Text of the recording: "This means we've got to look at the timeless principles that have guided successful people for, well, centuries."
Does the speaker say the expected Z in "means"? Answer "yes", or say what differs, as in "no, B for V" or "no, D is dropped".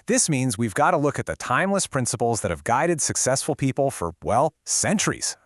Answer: yes